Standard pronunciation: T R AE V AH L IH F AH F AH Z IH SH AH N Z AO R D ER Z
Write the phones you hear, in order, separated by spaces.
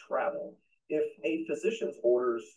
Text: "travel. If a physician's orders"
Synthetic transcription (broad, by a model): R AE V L IH F AH F AH Z IH SH AH N Z AO R D ER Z